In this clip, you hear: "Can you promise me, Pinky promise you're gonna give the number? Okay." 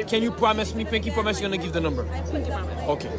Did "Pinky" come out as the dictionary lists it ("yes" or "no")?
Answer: no